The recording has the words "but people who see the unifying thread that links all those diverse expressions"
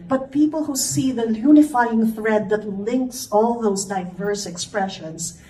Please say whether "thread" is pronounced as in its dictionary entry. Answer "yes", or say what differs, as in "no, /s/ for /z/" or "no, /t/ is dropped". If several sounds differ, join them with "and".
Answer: yes